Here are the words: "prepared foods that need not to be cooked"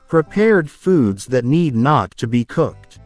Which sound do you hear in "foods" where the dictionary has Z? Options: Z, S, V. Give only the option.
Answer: Z